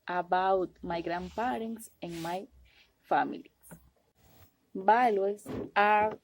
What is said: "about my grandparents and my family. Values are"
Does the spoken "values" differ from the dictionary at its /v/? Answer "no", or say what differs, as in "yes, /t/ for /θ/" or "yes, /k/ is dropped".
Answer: yes, /b/ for /v/